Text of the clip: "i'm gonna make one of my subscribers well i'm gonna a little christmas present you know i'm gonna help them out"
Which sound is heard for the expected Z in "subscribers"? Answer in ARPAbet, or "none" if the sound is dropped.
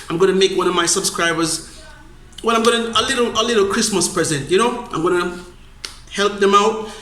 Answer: Z